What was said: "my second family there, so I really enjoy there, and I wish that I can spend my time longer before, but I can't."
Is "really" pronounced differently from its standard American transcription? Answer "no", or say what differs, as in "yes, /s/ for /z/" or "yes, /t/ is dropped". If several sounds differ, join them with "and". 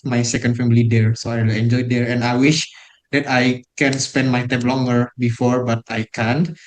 yes, /w/ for /ɹ/